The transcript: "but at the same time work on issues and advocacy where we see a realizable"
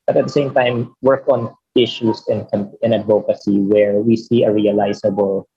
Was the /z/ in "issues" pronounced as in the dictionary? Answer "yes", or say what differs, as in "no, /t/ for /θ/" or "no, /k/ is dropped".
no, /s/ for /z/